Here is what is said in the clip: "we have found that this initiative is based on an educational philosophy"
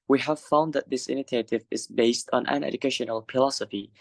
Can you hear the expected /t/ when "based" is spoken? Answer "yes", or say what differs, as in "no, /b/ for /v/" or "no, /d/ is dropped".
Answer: yes